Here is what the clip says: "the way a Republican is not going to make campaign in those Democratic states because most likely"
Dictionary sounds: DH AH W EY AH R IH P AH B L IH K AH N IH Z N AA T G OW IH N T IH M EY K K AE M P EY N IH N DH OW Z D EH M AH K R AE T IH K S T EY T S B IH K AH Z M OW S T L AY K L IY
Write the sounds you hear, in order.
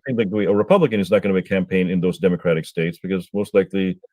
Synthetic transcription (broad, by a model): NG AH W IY AH R IH P AH B L IH K AH N IH Z N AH T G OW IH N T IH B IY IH K AE M P EY N IH N DH OW Z D EH M AH K R AE T IH K S T EY T S B IH K AH Z M OW S T L AY K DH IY